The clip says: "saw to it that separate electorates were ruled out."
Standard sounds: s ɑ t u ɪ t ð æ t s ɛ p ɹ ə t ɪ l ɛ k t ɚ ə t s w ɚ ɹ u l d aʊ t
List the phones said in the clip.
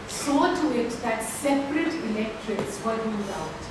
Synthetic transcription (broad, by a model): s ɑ t u ɪ t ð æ t s ɛ p ɹ ə t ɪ l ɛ k t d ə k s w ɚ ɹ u d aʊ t